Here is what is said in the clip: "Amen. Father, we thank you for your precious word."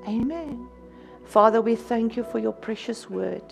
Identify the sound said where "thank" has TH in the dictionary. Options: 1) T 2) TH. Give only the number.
2